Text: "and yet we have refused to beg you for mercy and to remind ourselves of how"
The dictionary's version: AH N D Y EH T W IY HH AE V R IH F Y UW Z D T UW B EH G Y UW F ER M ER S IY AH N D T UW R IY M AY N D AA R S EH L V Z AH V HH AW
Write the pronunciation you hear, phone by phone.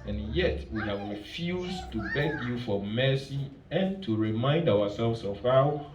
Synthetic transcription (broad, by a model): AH N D Y EH T W IY HH AE V R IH F Y UW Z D T UW B EH G Y UW F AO M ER S IY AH N T UW R IY M AY N D AA W S EH L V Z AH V HH AW